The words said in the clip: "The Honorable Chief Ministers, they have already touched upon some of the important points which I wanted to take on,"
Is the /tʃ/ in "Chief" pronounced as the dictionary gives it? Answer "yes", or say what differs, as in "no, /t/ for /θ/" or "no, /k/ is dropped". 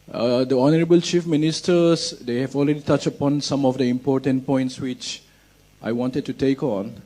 yes